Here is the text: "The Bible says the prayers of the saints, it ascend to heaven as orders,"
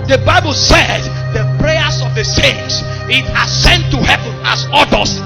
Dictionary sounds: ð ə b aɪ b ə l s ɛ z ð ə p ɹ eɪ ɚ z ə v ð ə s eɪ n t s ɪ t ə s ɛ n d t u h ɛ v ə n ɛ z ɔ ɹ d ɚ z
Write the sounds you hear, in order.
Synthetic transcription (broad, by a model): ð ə b aɪ b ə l s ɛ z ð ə p ɹ eɪ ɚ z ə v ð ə s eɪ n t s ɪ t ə s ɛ n t u h ɛ v ə n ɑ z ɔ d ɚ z